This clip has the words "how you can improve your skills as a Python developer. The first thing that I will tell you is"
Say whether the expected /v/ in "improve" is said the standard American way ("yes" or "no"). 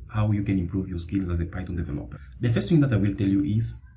yes